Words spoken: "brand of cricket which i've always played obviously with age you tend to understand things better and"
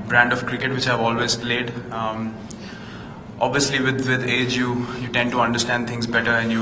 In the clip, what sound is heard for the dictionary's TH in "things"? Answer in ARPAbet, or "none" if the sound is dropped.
T